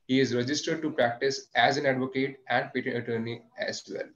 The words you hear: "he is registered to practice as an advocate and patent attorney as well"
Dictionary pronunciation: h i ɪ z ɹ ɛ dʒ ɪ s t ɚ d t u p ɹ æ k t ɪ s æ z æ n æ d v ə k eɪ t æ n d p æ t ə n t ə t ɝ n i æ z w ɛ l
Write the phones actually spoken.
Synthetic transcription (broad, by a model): h i ɪ z ɹ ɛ dʒ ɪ s t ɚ d t u p ɹ æ k t ɪ s æ z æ n æ d v ə k eɪ t æ n d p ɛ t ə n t ə t ɝ n i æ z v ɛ l